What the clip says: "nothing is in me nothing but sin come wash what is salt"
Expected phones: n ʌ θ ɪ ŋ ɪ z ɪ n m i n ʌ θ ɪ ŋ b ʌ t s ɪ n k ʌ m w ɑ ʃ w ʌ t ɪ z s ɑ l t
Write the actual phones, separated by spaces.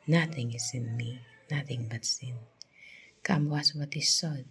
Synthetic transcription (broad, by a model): n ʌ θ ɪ ŋ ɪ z ɪ n m i n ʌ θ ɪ ŋ b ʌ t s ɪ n k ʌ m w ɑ s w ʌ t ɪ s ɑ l